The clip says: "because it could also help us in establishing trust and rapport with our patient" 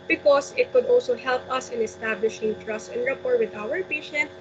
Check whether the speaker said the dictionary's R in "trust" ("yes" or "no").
yes